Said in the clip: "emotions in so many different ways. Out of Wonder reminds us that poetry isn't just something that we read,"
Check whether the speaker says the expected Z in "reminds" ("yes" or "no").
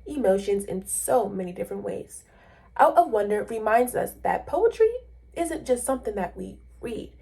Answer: yes